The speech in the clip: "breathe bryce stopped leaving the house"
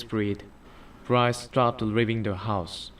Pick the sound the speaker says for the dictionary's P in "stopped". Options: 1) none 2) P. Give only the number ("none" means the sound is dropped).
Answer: 1